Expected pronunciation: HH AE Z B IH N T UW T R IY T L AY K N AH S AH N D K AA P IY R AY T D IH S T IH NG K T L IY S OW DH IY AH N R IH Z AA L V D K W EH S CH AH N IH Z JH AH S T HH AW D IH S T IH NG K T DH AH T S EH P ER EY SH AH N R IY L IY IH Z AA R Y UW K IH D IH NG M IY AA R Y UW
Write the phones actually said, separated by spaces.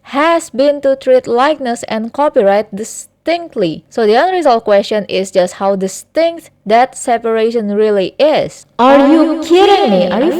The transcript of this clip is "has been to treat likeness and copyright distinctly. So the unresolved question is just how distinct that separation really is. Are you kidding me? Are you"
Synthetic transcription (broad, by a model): HH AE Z B IH N T UW T R IY T L AY K N AH S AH N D K AA P IY R AY T D IH S T IH NG K T L IY S OW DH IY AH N R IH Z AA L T K W EH S CH AH N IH S JH AH S T HH AW D IH S T IH NG K T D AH T S EH P ER EY SH AH N R IY L IY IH S AA R Y UW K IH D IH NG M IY AA R Y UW